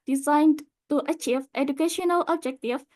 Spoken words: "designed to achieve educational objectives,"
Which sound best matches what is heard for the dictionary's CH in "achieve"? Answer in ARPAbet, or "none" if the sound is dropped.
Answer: CH